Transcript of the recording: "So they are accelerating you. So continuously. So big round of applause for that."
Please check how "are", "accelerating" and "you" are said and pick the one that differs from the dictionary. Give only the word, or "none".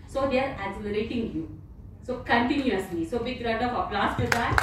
accelerating